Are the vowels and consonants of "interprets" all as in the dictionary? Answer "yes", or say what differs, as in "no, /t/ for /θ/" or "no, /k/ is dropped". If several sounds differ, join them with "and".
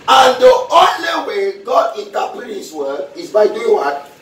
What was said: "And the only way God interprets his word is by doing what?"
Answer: no, /ɹ/ is dropped and /s/ is dropped